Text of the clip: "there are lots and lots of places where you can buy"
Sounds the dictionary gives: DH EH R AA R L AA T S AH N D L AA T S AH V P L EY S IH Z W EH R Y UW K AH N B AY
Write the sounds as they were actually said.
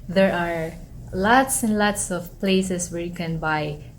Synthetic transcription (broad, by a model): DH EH R AA R L AA T S AH N D L AA T S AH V P L EY S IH S W EH R Y UW K AH N B AY